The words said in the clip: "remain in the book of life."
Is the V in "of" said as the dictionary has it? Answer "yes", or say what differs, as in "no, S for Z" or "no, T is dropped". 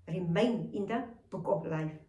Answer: no, P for V